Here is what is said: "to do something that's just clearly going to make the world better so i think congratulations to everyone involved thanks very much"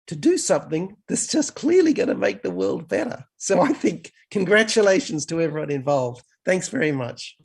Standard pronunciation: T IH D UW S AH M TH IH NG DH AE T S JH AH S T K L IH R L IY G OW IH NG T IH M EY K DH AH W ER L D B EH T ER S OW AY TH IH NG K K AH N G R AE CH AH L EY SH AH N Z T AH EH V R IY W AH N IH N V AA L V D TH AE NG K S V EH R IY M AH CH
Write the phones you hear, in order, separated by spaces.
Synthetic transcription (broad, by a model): T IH D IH S AH M TH IH NG DH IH T S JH AH S K L IH R L IY G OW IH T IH M EY K DH AH W ER L D B EH T ER S OW AY TH IH NG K K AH N G R AE CH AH L EY SH N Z T AH EH V R IY W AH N IH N V AA L V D TH AE NG K S V EH R IY M AH CH